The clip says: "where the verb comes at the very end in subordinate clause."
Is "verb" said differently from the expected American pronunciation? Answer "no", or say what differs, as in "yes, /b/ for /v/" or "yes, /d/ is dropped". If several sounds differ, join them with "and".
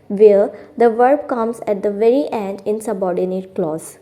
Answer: no